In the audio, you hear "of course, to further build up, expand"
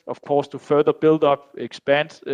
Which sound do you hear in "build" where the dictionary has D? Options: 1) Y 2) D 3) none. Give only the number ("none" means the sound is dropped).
2